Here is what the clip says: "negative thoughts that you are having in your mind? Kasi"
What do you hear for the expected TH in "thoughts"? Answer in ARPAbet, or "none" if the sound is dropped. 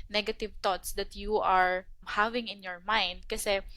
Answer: T